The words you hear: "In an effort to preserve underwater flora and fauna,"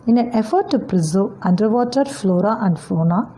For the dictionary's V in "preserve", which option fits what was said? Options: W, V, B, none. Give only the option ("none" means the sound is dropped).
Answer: none